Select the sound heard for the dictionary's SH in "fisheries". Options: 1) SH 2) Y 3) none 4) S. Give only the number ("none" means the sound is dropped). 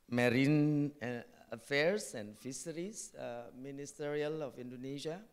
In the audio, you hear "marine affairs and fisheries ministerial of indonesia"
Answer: 4